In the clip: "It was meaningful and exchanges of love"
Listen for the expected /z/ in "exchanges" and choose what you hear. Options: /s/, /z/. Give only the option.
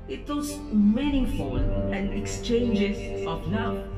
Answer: /s/